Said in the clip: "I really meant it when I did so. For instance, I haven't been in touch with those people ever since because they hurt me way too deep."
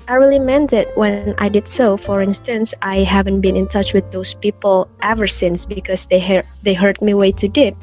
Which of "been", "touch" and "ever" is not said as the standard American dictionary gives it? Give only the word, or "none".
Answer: none